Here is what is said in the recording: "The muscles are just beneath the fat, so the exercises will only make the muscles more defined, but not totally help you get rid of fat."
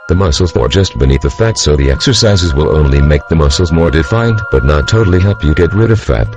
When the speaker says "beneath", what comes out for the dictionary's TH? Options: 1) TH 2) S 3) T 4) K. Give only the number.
1